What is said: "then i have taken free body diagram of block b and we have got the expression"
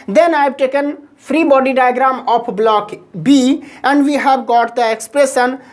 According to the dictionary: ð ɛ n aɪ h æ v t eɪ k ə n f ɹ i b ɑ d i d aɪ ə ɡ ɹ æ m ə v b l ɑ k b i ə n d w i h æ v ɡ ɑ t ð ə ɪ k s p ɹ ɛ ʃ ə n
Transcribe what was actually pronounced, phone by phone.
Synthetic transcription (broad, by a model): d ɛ n aɪ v t eɪ k ə n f ɹ i b ɑ d i d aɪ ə ɡ ɹ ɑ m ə p b l ɑ k b i ə n d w i h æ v ɡ ɑ t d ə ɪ k s p ɹ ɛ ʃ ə n